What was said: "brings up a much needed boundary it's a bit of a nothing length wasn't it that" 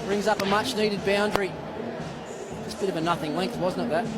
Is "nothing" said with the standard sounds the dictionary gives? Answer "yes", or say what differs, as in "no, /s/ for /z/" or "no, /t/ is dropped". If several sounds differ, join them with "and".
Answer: yes